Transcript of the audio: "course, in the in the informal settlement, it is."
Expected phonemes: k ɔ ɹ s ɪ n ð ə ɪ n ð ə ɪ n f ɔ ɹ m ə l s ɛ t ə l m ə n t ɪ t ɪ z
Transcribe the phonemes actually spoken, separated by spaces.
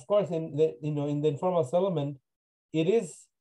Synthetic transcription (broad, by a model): k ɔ ɹ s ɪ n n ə ɪ n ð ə ɪ n f ɔ ɹ m ə l s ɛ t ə m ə n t ɪ t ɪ z